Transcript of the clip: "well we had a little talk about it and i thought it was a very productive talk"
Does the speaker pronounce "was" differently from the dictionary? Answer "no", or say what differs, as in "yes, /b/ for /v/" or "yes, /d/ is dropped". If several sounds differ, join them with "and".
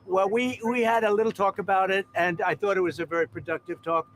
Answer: no